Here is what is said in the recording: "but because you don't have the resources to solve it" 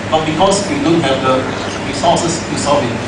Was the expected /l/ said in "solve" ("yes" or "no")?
no